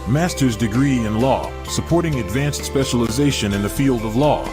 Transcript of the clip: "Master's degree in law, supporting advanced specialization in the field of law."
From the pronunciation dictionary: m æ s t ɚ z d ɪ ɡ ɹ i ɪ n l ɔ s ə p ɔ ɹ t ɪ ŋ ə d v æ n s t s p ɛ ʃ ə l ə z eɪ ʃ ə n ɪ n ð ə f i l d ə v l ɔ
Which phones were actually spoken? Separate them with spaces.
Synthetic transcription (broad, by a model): m æ s t ɚ z d ɪ ɡ ɹ i ɪ n l ɔ s ə p ɔ ɹ t ɪ ŋ ə d v æ n s t s p ɛ ʃ ə l ə z eɪ ʃ ə n ɪ n ð ə f i l d ə v l ɔ